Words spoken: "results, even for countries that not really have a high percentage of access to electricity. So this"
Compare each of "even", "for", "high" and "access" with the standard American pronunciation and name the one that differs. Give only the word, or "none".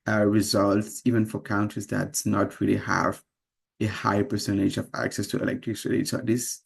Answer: none